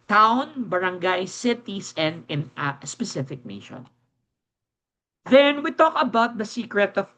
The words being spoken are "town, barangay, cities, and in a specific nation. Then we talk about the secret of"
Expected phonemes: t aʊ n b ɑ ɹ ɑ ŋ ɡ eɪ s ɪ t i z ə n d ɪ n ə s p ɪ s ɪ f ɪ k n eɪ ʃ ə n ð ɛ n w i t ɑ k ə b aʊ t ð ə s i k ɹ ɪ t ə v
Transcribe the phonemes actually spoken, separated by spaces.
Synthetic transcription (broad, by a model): t aʊ n b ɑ ɹ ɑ ŋ ɡ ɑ s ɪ t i s ə n d ɪ n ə s p ɪ s ɪ f ɪ k n eɪ ʃ ə n ð ɛ n w i t ɑ k ə b aʊ t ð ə s i k ɹ ɪ t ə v